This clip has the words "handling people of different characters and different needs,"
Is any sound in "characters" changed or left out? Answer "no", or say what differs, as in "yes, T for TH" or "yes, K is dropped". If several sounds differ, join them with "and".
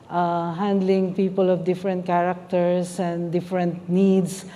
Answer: yes, S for Z